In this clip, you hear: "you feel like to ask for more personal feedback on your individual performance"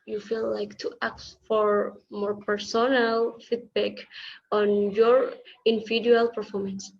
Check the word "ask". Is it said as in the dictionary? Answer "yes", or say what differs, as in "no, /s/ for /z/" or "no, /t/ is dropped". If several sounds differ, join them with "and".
no, /s/ is dropped